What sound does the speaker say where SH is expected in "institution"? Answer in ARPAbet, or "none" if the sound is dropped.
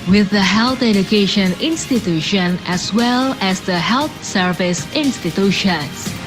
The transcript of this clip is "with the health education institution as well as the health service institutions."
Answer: SH